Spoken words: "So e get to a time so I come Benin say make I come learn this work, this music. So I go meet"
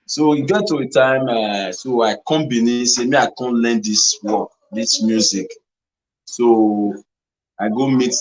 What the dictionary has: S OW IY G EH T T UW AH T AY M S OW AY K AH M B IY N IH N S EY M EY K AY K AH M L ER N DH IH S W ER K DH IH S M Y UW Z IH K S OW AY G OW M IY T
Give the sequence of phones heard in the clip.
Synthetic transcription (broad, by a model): S OW IY G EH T T UW AH T AY M S OW AY K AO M B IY N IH S EY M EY AY K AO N L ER N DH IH S W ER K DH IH S M Y UW Z IH K S OW AY G OW M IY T